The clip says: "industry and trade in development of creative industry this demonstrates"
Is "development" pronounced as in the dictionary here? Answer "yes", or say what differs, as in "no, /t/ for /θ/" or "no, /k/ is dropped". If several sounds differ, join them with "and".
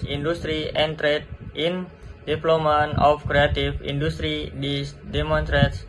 no, /p/ is dropped